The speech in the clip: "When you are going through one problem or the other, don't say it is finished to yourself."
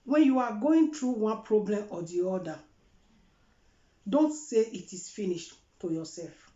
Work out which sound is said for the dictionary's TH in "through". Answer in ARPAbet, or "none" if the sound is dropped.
T